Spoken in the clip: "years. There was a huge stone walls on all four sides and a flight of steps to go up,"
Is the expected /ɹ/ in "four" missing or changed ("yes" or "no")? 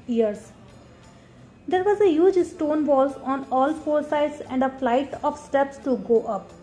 yes